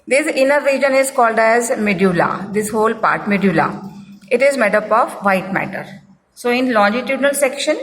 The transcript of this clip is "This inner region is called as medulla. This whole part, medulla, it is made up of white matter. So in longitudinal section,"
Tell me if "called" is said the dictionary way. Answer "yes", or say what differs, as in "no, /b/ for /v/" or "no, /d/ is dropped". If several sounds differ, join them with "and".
yes